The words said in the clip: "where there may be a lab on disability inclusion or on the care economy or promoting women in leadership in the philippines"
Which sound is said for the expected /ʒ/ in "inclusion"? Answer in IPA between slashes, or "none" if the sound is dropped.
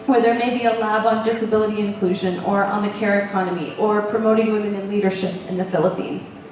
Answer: /ʒ/